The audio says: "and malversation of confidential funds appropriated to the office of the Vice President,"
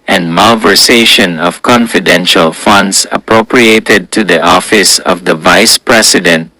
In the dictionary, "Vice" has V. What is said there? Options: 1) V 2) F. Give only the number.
1